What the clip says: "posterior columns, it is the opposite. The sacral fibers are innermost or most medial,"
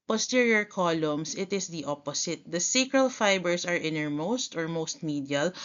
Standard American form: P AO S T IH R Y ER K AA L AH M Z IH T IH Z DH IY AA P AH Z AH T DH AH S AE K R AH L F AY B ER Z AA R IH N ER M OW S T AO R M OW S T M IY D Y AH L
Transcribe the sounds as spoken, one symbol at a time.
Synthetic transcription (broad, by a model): P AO S T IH R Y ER K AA L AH M S IH T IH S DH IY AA P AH S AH T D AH S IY K R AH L F AY B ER S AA R IH N ER M OW S T AO R M OW S T M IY D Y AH L